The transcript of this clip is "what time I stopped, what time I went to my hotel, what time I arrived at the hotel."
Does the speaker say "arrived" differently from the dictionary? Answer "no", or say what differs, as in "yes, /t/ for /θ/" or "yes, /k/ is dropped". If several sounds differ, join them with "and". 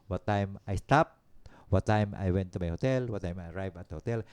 yes, /d/ is dropped